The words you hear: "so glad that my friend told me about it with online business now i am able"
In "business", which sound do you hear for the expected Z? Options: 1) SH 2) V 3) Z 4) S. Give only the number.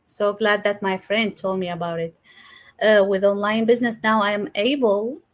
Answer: 3